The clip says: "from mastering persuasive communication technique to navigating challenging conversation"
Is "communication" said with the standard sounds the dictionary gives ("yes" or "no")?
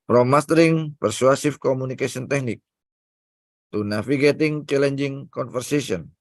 no